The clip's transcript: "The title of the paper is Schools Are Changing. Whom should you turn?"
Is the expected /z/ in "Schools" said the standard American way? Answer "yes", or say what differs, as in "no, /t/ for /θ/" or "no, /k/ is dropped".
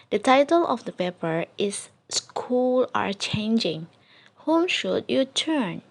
no, /z/ is dropped